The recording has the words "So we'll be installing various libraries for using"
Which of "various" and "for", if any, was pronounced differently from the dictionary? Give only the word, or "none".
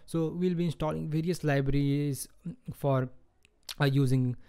none